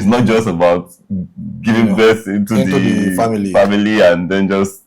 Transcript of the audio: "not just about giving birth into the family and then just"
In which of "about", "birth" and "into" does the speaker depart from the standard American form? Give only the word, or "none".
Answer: birth